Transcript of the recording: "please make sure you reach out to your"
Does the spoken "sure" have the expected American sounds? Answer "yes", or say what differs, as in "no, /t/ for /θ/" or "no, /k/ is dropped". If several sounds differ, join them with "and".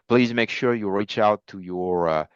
yes